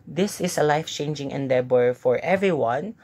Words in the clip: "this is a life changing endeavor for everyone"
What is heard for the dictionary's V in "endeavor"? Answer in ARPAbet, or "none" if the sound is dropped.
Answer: B